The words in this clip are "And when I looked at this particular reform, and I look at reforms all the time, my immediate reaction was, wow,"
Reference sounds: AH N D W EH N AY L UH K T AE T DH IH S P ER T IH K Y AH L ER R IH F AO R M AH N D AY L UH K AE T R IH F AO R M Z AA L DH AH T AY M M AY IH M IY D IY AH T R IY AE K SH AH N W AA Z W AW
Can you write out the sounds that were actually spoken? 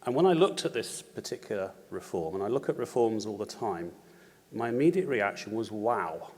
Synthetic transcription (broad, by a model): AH N W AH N AY L UH K T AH T DH IH S P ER T IH K Y L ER R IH F AO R M AH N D AY L UH K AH T R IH F AO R M Z AA L DH AH T AY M M AY IH M IY D IY AH T R IY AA K SH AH N W AA Z W AW